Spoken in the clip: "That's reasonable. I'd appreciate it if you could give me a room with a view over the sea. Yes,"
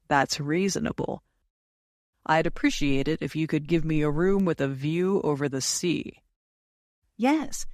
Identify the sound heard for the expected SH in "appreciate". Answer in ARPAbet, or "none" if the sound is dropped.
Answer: SH